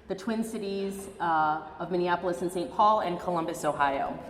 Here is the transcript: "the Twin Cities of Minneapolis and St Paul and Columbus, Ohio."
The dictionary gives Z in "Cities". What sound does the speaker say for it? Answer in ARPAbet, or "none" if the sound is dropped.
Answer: Z